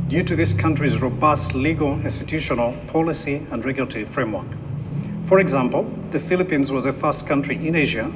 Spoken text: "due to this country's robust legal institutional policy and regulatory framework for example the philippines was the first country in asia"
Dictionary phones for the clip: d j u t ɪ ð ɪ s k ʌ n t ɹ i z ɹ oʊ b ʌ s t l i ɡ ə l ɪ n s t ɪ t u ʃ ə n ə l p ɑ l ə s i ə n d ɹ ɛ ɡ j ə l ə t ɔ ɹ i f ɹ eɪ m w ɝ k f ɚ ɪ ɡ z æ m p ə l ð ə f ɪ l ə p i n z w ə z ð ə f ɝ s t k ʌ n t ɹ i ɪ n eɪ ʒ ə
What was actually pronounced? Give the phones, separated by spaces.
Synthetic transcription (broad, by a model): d j u t ɪ ð ɪ s k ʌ n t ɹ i z ɹ oʊ b ʌ s t l i ɡ ə l ɪ n s t ɪ t u ʃ ə n ə l p ɑ l ə s i ə n d ɹ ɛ ɡ j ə l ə t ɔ ɹ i f ɹ eɪ m w ɝ k f ɚ ɪ ɡ z æ m p ə l ð ə f ɪ l ə p i n z w ə z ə f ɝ s t k ʌ n t ɹ i ɪ n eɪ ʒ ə